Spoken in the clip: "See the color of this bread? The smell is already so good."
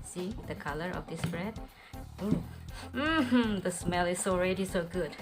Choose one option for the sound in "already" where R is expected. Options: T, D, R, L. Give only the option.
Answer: R